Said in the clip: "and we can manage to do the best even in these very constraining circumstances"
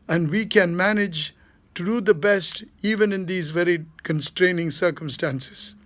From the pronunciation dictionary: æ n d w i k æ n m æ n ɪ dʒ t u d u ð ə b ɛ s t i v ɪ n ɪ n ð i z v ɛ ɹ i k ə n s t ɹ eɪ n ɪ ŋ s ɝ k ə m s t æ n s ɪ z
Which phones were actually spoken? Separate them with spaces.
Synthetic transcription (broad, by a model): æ n d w i k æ n m æ n ɪ dʒ t u d u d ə b ɛ s t i v ɪ n ɪ n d i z v ɛ ɹ i k ə n s t ɹ eɪ n ɪ ŋ s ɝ k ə m s t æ n s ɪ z